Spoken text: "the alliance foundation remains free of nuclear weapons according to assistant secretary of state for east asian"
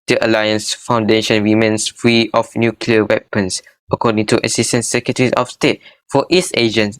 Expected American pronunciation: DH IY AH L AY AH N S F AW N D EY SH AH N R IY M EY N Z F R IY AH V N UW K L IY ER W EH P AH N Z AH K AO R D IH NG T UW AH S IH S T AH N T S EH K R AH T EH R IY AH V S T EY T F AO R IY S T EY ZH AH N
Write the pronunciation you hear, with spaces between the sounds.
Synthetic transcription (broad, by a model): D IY AH L AY AH N S F AW N D EY SH AH N W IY M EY N S F R IY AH F N UW K L IY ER W EH P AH N S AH K AO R D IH NG T UW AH S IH S T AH N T S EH K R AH T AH R IY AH F S T EY T F AO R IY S EY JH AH N